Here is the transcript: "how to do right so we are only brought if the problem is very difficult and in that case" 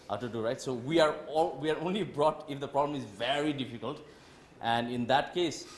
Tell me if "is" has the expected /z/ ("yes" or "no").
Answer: yes